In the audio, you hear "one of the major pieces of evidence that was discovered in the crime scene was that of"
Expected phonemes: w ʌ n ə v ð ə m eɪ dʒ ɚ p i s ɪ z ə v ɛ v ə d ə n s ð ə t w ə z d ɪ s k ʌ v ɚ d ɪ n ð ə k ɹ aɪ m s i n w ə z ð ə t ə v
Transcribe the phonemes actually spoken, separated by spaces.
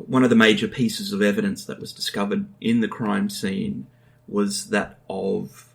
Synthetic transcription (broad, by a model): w ʌ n ə v ð ə m eɪ dʒ ɚ p i s ɪ z ə v ɛ v ə d ə n s ð ə t w ə z d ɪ s k ʌ v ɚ d ɪ n ð ə k ɹ aɪ m s i n w ə z ð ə t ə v